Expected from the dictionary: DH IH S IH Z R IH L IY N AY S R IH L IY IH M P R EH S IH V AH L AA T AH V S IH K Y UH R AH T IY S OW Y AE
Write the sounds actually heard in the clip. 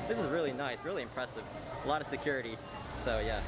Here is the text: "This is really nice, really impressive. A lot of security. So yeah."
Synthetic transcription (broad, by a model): DH IH S IH Z R IH L IY N AY S R IH L IY IH M P R EH S IH V AH L AA T AH V S IH K Y UH R AH T IY S OW Y AE